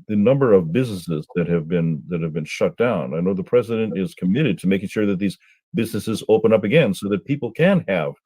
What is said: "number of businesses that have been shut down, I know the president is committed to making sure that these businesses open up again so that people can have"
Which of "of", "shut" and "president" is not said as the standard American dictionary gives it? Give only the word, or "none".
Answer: none